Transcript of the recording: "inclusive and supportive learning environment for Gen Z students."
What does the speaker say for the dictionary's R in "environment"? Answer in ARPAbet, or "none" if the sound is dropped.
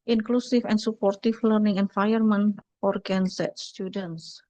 none